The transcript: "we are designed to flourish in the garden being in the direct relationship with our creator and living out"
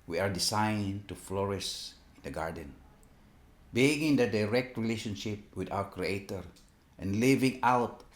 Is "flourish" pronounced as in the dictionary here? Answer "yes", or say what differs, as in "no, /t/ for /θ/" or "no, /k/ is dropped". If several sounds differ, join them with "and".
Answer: no, /s/ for /ʃ/